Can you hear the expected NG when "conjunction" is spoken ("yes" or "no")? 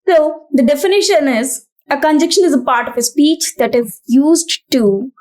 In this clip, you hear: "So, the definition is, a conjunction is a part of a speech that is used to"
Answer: no